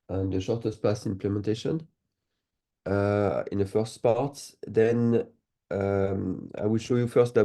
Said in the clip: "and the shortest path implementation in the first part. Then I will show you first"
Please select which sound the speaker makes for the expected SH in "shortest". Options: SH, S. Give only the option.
SH